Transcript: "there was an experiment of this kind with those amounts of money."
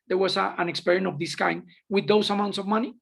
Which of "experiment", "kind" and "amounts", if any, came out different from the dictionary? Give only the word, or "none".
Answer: experiment